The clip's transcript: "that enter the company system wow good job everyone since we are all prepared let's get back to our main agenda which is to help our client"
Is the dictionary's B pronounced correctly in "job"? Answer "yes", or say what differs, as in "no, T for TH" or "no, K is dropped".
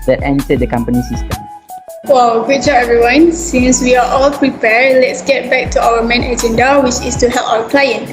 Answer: no, B is dropped